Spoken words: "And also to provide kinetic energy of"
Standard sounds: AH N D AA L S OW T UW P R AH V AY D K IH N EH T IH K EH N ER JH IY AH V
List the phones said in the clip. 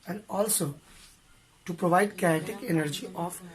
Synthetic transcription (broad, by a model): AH N D AA L S OW T UW P R AH V AY D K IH EH T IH K EH N ER JH IY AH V